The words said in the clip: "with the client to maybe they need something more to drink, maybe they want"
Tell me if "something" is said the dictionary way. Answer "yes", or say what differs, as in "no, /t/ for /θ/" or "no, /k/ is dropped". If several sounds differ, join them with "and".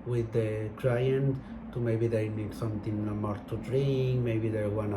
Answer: no, /t/ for /θ/